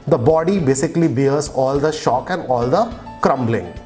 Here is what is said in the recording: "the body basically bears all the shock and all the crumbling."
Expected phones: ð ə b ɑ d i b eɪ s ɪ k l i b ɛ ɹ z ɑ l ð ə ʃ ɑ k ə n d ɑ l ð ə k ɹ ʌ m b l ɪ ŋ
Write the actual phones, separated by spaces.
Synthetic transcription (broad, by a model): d ə b ɑ d i b eɪ s ɪ k l i b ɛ ɹ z ɑ l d ə ʃ ɑ k ə n d ɑ l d ə k ɹ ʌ m b l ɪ ŋ